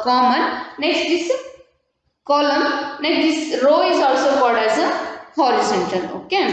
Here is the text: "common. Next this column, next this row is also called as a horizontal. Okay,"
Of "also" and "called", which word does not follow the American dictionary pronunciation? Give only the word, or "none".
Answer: called